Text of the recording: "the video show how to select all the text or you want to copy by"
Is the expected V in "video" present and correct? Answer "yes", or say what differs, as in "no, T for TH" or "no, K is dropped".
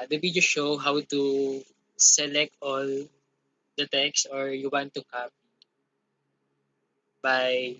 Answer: no, B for V